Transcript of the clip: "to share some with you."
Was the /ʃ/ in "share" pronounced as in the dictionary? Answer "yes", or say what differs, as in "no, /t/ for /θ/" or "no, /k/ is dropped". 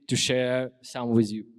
yes